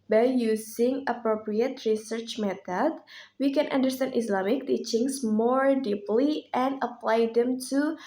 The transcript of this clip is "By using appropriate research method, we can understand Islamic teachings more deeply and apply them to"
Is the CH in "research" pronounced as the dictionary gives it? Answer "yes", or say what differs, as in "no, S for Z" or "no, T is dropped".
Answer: yes